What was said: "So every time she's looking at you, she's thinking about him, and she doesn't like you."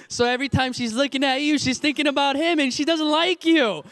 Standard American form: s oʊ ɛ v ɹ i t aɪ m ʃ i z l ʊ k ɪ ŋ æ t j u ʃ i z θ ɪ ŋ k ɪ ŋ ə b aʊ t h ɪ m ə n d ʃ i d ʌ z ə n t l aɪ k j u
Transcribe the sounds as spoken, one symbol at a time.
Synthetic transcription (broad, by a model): s oʊ ɛ v ɹ i t aɪ m ʃ i z l ʊ k ɪ ŋ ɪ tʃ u ʃ i z θ ɪ ŋ k ɪ ŋ ə b aʊ t h ɪ m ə n ʃ i d ʌ z ə n t l aɪ k j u